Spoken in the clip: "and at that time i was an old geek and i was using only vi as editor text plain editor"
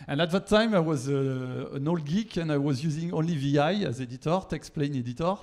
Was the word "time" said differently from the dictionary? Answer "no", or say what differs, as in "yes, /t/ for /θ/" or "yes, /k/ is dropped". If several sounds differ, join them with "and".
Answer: no